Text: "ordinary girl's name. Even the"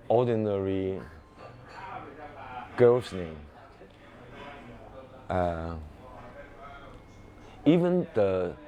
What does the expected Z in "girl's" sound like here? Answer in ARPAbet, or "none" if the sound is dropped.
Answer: S